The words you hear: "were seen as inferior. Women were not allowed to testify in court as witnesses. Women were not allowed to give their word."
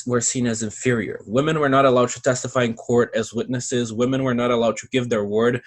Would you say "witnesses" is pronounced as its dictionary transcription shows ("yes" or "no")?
yes